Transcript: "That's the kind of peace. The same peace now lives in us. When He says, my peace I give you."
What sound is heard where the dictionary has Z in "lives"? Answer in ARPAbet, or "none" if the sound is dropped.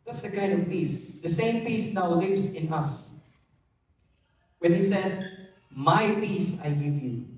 S